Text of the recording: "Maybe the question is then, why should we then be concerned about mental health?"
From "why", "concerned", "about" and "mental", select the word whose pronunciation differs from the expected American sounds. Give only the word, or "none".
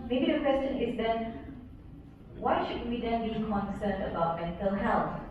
concerned